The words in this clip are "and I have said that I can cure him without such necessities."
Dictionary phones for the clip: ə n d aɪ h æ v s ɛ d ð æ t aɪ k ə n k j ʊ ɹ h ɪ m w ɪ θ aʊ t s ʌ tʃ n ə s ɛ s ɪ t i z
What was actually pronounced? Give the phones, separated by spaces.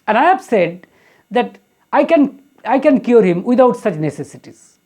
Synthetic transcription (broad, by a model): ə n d aɪ h æ v s ɛ d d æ t aɪ k ə n k j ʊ ɹ h ɪ m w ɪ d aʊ t s ʌ tʃ n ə s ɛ s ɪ t i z